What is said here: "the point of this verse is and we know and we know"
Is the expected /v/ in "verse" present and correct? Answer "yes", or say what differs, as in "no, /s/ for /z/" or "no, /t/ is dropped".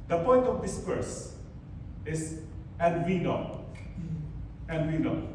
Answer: no, /p/ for /v/